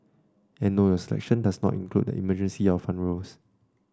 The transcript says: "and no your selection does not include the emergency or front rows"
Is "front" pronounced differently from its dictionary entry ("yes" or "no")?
yes